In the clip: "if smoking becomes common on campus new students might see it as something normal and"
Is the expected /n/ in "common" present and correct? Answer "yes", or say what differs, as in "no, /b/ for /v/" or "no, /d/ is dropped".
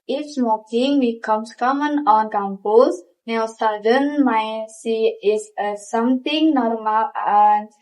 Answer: yes